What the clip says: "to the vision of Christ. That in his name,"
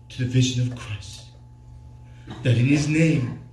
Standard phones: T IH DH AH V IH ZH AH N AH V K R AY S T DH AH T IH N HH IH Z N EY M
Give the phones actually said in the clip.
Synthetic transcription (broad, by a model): T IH DH AH V IH ZH AH N AH V K R AY S T DH AH T IH N IH Z N EY M